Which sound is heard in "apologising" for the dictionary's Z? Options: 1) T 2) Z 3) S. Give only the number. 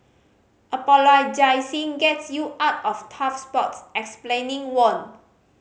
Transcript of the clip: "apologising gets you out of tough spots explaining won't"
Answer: 3